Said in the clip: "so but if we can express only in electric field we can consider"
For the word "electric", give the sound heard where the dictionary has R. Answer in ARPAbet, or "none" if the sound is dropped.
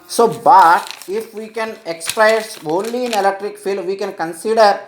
R